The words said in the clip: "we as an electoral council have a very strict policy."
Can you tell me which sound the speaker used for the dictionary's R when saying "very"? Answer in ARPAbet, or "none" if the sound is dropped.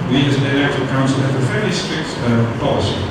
L